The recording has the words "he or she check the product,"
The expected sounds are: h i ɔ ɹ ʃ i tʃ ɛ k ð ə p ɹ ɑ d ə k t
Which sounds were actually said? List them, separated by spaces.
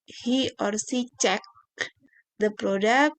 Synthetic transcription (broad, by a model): h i ɔ ɹ s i tʃ ɛ k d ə p ɹ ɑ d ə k